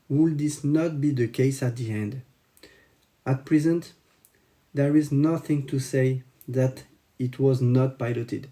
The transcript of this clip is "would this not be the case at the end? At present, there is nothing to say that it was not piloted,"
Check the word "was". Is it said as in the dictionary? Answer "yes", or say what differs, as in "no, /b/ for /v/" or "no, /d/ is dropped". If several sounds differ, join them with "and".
yes